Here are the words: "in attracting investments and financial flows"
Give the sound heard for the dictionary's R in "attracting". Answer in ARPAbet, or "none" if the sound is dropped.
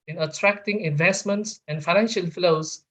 R